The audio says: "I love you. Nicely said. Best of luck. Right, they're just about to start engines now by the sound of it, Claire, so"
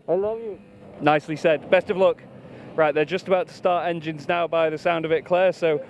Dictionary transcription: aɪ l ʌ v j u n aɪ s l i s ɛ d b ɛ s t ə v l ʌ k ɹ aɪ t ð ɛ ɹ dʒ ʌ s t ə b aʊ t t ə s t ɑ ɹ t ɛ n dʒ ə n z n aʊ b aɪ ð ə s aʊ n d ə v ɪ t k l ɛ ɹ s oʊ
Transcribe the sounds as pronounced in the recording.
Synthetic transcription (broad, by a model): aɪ l ʌ v j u n aɪ s l i s ɛ d b ɛ s t ə v l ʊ k ɹ aɪ t ð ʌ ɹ dʒ ʌ s t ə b aʊ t t ə s t ɑ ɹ t ɛ n dʒ ə n z n aʊ b aɪ ð ə s aʊ n d ə v ɪ t k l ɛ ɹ s oʊ